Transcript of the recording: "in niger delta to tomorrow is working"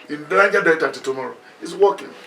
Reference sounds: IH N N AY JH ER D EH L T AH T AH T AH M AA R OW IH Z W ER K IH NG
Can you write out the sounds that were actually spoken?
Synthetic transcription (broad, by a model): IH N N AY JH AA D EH T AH T AH T AH M AA R OW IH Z W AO K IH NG